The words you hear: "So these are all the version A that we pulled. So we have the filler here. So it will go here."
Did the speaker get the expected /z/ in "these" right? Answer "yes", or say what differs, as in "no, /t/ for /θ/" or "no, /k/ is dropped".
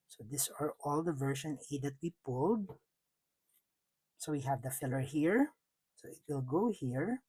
no, /s/ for /z/